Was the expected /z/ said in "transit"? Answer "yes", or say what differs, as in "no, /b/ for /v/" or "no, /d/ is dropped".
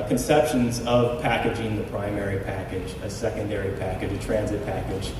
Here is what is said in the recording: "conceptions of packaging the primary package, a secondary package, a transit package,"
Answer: yes